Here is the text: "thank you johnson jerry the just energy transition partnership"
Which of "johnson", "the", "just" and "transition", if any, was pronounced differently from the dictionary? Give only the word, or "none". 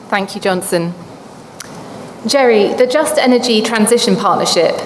none